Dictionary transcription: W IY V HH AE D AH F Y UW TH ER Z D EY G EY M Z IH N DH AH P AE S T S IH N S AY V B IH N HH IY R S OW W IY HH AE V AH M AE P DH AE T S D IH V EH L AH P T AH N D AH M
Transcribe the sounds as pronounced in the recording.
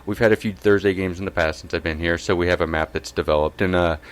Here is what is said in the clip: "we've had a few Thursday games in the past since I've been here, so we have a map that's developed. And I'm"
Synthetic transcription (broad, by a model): W IY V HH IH D AH F Y UW TH ER Z D EY G EY M Z N DH AH P AE S T S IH N S AY V B IH N HH IY R S OW W IY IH V AH M AE P DH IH T S D IH V EH L AH P T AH N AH